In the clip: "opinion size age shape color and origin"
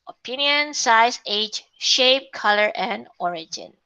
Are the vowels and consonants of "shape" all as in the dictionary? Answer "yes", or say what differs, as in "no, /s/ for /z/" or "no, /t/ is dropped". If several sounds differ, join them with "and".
yes